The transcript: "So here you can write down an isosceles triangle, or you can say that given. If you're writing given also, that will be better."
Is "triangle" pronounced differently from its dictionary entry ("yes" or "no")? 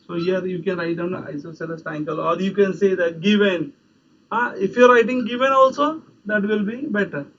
yes